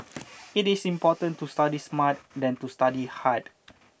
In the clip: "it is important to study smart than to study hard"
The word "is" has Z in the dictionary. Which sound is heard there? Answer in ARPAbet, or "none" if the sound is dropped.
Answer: S